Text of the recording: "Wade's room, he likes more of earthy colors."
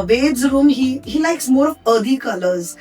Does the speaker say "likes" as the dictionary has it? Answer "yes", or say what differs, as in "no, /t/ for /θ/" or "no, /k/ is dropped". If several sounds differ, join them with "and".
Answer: yes